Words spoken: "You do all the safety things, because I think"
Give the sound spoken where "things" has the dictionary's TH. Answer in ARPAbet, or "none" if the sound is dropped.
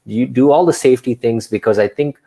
T